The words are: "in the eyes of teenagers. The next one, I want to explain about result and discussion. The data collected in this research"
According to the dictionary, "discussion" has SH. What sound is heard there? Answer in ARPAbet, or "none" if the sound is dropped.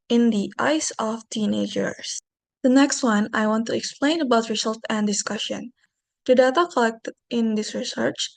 SH